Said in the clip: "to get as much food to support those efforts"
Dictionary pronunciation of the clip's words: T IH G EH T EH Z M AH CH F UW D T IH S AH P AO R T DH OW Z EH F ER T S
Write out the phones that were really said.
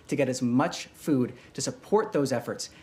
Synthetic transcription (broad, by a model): T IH G EH T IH Z M AH CH F UW D T IH S AH P AO R T DH OW Z EH F ER T S